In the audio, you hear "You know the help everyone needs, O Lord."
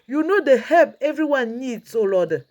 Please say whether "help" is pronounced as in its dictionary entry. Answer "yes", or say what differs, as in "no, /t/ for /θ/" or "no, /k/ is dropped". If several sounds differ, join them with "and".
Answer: no, /l/ is dropped